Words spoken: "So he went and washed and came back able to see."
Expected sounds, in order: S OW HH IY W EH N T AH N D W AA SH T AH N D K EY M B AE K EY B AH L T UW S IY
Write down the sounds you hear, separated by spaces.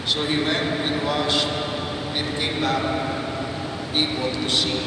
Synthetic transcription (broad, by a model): S OW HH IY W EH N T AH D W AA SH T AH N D K EY M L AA EY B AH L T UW S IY